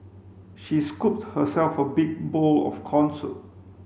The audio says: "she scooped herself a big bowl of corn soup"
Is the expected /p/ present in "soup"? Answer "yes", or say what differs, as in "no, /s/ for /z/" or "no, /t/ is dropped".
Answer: no, /p/ is dropped